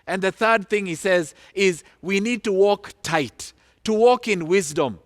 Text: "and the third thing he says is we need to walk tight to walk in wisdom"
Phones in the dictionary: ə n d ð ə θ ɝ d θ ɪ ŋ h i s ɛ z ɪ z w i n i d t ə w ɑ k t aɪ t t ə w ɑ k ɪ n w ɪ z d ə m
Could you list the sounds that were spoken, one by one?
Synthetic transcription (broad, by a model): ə n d ð ə θ ɝ d θ ɪ ŋ h i s ɛ z ɪ z w i n i d t ə w ɑ k t aɪ t t ə w ɑ k ɪ n w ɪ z d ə m